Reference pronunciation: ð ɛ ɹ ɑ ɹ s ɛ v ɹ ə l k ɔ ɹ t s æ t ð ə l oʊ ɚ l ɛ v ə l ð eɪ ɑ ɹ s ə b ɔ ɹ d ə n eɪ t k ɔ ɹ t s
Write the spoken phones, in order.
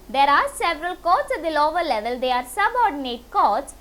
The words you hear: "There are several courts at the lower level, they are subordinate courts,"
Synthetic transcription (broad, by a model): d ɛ ɹ ɑ ɹ s ɛ v ɹ ə l k ɔ t s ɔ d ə l oʊ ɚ l ɛ v ə l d eɪ ɑ ɹ s ə b ɔ ɹ d ə n eɪ t k ɔ t s